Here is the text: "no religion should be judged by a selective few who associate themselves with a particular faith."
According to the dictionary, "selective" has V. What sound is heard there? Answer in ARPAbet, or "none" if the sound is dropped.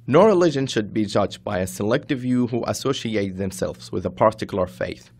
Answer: V